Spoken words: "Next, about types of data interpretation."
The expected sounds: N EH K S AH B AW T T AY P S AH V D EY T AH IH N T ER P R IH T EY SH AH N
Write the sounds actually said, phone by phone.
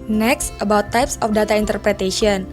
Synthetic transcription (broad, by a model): N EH K S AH B AW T T AY P S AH F D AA T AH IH N T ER P R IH T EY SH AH N